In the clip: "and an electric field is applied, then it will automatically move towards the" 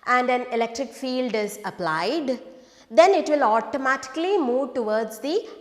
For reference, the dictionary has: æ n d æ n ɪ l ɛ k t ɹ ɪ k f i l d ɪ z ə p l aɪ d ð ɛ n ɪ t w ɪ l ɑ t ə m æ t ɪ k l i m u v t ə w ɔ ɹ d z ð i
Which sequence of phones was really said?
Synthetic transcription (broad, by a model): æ n d æ n ɪ l ɛ k t ɹ ɪ k f i l d ɪ z ə p l aɪ d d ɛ n ɪ t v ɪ l ɑ t ə m æ t ɪ k l i m u v t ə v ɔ ɹ d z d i